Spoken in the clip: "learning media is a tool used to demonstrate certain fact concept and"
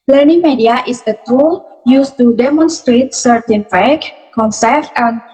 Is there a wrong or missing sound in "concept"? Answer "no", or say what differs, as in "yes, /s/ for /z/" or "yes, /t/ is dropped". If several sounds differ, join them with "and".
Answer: yes, /f/ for /p/